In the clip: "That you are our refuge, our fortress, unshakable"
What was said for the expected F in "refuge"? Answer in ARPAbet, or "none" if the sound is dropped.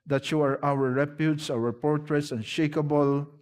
P